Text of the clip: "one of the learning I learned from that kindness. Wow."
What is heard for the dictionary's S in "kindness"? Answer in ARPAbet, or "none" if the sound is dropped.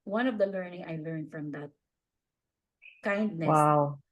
none